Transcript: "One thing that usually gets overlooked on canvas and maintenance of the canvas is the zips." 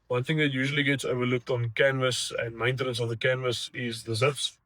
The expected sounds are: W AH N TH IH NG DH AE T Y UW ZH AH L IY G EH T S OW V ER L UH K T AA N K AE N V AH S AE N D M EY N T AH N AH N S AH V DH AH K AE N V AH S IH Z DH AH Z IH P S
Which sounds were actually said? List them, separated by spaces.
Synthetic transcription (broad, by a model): W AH N TH IH NG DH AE T Y UW ZH AH L IY G EH T S OW V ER L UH K T AA N K AE N V AH S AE N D M EY N T AH N AH N S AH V DH AH K AE N V AH S IH Z DH AH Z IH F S